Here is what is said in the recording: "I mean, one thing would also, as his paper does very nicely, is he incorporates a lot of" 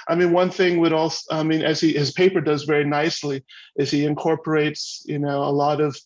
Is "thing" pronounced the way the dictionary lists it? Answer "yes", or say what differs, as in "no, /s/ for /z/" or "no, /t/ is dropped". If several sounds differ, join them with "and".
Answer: yes